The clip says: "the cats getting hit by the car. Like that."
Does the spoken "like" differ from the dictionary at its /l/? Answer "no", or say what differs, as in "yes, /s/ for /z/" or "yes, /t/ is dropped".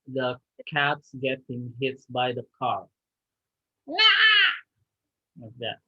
yes, /w/ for /l/